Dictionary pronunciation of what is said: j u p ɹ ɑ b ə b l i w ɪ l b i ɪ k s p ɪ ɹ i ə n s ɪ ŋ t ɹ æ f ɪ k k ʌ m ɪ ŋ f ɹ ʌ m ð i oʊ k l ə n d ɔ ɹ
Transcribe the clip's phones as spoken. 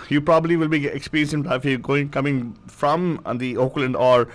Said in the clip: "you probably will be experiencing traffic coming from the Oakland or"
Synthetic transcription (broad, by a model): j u p ɹ ɑ b ə b l i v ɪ l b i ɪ k s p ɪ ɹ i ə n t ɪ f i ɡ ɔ ɪ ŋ k ʌ m ɪ ŋ f ɹ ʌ m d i oʊ k l ə n d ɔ ɹ